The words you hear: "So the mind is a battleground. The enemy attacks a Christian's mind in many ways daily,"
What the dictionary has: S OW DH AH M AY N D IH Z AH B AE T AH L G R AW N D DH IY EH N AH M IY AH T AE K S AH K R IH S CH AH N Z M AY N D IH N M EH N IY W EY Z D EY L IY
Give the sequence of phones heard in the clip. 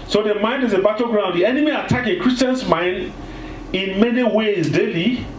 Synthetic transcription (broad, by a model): S OW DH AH M AY N D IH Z AH B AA T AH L G R AW N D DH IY EH N AH M IY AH T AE K AH K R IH S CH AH N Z M AY N D IH N M EH N IY W EY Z D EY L IY